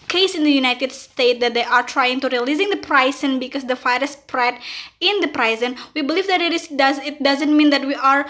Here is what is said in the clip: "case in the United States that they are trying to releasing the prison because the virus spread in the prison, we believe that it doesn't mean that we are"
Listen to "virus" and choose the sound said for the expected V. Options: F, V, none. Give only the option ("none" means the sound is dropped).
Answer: F